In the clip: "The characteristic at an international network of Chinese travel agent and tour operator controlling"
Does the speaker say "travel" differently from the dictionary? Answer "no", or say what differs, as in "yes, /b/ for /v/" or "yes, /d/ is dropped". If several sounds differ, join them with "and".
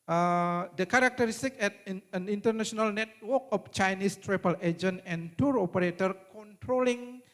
yes, /p/ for /v/